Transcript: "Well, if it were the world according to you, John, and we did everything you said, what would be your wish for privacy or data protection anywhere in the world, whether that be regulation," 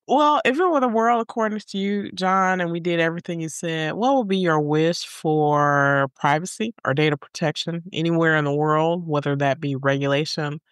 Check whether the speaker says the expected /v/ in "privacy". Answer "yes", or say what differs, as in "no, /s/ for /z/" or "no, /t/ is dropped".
yes